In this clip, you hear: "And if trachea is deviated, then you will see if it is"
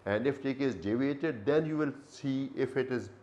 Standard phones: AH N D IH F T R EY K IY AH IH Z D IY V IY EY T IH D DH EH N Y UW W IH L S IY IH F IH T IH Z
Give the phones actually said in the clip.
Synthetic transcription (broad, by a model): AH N D IH F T EY K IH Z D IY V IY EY T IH D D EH N Y UW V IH L S IY IH F IH T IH Z